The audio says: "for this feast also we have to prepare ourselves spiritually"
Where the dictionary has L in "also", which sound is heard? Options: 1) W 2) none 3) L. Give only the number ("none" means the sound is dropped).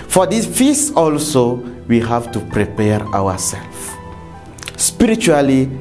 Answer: 3